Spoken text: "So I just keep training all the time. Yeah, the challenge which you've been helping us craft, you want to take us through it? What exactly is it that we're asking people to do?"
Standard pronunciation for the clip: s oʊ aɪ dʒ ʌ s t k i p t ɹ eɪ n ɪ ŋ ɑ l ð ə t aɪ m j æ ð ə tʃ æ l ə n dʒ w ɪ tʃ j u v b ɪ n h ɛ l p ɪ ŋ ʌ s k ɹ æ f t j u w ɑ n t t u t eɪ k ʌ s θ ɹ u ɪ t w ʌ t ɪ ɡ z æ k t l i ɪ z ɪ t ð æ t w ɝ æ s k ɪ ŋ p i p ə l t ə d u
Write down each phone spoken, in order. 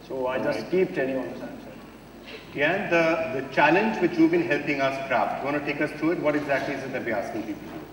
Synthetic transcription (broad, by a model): s oʊ aɪ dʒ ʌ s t k i p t eɪ l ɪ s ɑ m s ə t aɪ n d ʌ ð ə tʃ æ l ə n dʒ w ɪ tʃ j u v b ɪ n h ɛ l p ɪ ŋ ʌ s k ɹ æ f t j u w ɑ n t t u t eɪ k ʌ s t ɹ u ɪ t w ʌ t ɪ ɡ z æ k t l i ɪ z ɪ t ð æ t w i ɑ s k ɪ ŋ p i p ə l